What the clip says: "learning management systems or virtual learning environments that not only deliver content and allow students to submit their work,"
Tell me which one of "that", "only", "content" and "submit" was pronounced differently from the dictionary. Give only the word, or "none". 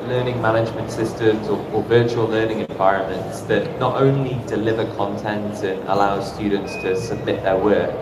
none